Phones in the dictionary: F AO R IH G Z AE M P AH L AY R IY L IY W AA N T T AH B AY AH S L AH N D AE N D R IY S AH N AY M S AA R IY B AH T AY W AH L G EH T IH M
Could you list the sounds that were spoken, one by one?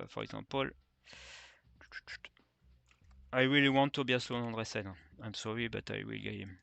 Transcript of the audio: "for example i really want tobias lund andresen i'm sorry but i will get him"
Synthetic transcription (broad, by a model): F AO R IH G Z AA P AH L AY W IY L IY W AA N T T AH B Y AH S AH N AE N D R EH S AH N AY M S AA R IY B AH T AY W AH L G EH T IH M